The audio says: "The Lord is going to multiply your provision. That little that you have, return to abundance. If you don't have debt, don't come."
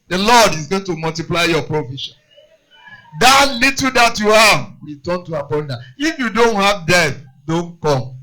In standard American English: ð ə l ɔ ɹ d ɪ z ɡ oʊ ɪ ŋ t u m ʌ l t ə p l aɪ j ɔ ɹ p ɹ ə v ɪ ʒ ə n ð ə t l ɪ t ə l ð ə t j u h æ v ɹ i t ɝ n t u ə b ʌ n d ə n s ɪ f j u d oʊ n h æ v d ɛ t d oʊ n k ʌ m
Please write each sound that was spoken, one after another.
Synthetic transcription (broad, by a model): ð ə l ɔ d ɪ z ɡ oʊ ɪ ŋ t u m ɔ l t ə p l aɪ j ɔ p ɹ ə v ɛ ʃ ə n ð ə t l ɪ t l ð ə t j u h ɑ v w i t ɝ n t u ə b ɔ n d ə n ɪ f j u d oʊ n h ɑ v d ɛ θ d oʊ n k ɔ m